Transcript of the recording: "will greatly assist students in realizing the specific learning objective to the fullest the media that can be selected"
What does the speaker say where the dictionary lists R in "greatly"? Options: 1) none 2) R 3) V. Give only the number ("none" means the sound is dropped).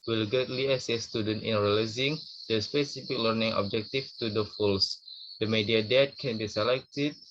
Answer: 1